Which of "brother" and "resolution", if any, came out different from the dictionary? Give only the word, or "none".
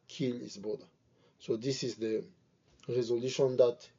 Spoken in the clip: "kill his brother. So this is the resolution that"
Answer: brother